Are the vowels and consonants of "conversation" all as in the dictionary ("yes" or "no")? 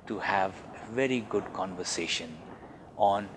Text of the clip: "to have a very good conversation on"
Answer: yes